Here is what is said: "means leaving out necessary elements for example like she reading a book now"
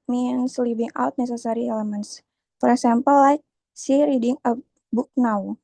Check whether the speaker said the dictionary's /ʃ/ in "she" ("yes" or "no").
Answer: no